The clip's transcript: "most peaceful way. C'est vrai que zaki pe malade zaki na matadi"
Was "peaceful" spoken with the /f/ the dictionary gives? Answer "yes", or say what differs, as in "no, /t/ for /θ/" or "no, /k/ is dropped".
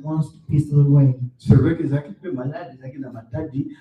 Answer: no, /f/ is dropped